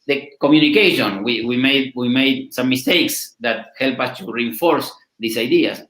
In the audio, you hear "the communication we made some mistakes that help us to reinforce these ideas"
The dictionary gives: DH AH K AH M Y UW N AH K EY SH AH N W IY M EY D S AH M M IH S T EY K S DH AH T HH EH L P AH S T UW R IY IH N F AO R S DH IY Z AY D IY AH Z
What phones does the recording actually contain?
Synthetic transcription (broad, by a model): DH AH K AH M Y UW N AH K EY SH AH N W IY M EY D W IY M M IH S T EY K S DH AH T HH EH L P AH S T UW R IY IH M F AO R S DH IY S AY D IY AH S